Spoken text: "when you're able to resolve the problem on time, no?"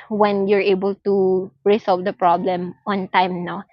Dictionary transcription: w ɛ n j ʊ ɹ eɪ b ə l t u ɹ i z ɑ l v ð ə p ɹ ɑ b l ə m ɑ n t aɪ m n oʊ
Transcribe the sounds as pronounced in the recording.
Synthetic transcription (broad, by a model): w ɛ n j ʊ ɹ eɪ b ə l t u ɹ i s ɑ l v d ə p ɹ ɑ b l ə m ɑ n t aɪ m n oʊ